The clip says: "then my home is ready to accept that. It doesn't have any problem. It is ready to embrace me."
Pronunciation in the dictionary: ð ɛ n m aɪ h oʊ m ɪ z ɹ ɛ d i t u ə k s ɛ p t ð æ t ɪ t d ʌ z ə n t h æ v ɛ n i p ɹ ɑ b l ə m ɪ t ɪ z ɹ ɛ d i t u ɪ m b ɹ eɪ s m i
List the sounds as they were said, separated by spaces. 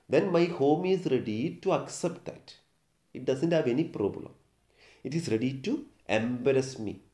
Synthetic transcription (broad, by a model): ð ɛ n m aɪ h oʊ m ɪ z ɹ ɛ d i t u ə k s ɛ p t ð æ t ɪ t d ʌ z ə n t h æ v ɛ n i p ɹ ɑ b l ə m ɪ t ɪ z ɹ ɛ d i t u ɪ m b ɹ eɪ s m i